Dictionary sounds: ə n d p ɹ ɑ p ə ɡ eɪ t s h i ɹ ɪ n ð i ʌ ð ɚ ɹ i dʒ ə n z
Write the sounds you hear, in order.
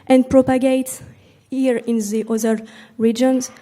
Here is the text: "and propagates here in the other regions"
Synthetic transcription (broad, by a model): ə n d p ɹ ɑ p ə ɡ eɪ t h i ɹ ɪ n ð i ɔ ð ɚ ɹ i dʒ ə n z